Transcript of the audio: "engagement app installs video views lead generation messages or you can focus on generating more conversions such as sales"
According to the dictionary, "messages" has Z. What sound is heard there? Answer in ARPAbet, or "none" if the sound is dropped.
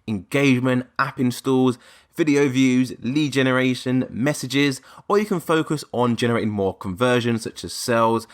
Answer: Z